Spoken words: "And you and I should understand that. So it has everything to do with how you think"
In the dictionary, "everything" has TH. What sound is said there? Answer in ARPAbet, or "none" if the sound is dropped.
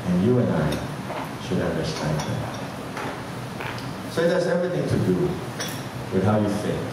TH